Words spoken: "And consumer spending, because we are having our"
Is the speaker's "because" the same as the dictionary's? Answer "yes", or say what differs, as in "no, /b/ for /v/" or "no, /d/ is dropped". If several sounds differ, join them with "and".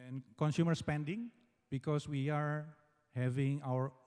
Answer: no, /s/ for /z/